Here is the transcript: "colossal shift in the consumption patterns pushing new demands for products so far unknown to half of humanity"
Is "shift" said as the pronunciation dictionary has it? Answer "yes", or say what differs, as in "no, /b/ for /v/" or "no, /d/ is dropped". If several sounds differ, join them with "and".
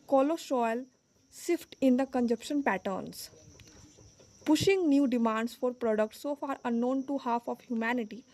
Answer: no, /s/ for /ʃ/